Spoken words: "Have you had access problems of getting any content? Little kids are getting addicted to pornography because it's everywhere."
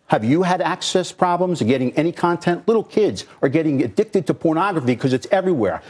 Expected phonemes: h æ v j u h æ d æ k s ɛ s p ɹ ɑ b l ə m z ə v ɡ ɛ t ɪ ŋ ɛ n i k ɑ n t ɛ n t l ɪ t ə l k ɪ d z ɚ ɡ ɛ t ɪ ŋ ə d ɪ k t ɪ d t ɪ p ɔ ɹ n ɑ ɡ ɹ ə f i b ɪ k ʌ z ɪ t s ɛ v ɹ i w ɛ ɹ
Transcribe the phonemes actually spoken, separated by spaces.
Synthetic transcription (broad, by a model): h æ v j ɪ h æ d æ k s ɛ s p ɹ ɑ b l ə m z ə ɡ ɛ t ɪ ŋ ɛ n i k ɑ n t ɛ n t l ɪ t l k ɪ d z ɚ ɡ ɛ t ɪ ŋ ə d ɪ k t ɪ d t ɪ p ɔ ɹ n ɑ ɡ ɹ ə f i k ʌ z ɪ t s ɛ v ɹ i w ɛ ɹ